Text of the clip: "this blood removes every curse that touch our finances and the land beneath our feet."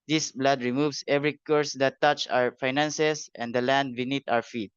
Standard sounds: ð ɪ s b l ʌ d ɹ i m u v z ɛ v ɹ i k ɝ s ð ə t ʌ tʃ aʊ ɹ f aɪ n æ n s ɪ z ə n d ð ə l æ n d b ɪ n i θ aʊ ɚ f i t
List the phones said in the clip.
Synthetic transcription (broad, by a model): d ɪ s b l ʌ d ɹ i m u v s ɛ v ɹ i k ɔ s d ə t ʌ tʃ aʊ ɹ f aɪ n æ n s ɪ s ə n d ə l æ n d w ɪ n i t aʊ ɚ f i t